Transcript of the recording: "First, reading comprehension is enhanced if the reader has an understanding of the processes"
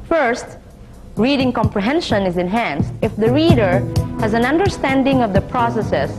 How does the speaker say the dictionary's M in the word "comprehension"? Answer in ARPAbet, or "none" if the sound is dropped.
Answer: M